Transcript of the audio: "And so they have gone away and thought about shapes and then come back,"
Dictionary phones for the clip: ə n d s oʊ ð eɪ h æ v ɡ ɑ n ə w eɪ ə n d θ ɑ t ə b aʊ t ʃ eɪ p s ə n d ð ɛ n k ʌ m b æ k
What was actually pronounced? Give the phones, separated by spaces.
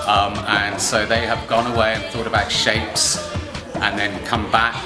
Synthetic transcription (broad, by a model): ə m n s oʊ ð eɪ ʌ v ɡ ɑ n ə w eɪ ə n θ ɑ t ə b aʊ t ʃ eɪ p s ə n ð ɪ n k ʌ m b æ k